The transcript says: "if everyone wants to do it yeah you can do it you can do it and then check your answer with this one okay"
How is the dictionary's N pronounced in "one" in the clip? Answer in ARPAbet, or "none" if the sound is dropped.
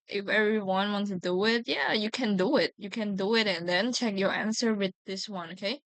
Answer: N